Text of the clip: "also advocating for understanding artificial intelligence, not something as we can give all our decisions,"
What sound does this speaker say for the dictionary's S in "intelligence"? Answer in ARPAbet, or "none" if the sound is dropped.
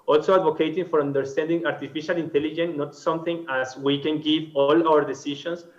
none